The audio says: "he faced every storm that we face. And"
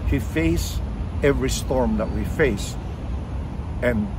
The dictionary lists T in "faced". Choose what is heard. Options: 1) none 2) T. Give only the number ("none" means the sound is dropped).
1